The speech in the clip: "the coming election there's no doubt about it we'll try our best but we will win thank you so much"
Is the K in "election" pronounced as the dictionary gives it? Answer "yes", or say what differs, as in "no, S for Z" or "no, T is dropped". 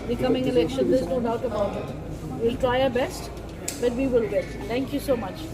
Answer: yes